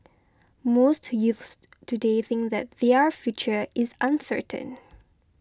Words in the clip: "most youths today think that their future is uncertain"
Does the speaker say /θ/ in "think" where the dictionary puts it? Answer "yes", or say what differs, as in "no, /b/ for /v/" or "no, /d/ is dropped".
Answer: yes